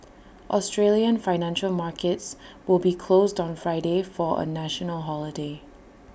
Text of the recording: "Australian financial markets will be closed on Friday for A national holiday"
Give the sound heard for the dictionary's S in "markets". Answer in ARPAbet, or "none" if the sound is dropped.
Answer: S